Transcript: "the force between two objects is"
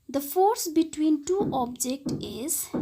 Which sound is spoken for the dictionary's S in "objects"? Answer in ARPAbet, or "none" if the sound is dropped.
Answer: none